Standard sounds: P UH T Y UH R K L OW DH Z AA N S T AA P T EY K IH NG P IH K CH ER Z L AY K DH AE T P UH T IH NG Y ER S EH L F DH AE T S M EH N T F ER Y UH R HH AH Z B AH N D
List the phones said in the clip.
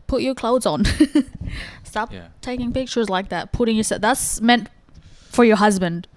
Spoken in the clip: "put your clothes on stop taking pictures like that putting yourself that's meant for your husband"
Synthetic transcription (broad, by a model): P UH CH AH R K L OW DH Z N S T AA P T EY K IH NG P IH K CH ER Z L AY K DH AE T P UH T IH NG Y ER S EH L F DH AE T S M EH N T F ER Y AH R HH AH Z B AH N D